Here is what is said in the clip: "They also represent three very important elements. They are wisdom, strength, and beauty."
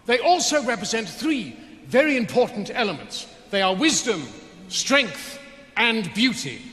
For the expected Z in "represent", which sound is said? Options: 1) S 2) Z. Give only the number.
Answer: 2